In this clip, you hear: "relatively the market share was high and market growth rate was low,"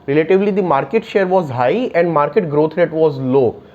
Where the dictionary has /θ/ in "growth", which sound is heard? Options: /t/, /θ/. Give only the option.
/t/